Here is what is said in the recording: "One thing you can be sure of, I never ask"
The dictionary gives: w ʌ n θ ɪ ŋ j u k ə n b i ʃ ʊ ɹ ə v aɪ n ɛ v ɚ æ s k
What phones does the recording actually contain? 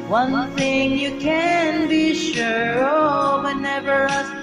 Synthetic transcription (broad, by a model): w ʌ n θ ɪ ŋ j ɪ k ə n b i ʃ ʊ ɹ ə w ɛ n ɛ v ɚ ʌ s